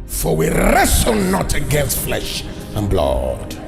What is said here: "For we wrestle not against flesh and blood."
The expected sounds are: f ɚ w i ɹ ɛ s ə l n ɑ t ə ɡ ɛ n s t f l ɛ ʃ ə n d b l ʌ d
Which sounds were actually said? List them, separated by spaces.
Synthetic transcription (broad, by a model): f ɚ w i ɹ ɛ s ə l n ɑ t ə ɡ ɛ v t f l ɛ ʃ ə n b l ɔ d